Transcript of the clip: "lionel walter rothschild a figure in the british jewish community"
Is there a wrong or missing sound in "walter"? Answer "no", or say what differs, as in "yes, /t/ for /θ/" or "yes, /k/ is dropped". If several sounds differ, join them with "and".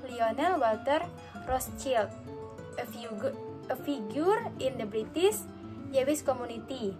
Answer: no